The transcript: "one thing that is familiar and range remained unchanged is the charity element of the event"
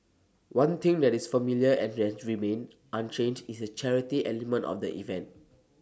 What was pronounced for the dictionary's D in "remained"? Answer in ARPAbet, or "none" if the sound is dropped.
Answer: none